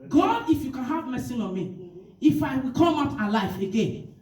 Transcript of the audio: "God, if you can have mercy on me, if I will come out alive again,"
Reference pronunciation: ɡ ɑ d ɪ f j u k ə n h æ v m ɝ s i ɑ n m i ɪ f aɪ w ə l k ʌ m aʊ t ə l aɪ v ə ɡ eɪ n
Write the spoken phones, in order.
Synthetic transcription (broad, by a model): ɡ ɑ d ɪ f j u k ə n h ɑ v m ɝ s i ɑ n m i ɪ f aɪ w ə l k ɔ m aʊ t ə l aɪ f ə ɡ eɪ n